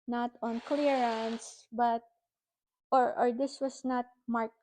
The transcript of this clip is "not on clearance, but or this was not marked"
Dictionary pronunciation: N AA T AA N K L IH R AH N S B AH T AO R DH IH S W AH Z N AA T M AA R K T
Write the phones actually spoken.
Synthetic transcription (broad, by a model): N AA T AA N K L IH R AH N S B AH T AO R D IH S W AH S N AA T M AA R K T